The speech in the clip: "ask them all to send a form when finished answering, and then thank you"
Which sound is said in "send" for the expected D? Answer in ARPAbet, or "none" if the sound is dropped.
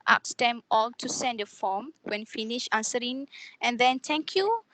D